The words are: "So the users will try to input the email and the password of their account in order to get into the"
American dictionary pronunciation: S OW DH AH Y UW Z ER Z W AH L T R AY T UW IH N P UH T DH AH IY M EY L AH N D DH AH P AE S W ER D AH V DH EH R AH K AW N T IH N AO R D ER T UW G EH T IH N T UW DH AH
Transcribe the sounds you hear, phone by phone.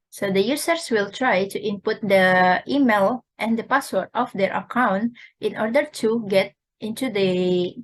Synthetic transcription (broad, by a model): S OW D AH Y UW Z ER S W AH L T R AY T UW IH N P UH T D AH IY M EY L AH N D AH P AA S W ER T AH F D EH R AH K AW N T IH N AO R D ER T UW G EH T IH N T UW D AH